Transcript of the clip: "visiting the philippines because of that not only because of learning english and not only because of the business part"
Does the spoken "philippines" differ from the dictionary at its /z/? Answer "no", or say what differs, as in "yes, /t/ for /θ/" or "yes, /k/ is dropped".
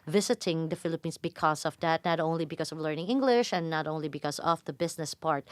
yes, /s/ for /z/